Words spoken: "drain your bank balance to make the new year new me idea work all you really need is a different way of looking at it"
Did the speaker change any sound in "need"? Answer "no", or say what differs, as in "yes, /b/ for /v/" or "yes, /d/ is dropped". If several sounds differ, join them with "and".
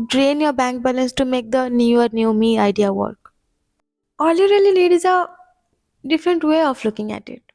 yes, /l/ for /n/